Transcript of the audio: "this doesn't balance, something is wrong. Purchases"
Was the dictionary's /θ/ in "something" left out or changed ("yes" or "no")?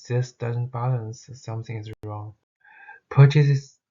no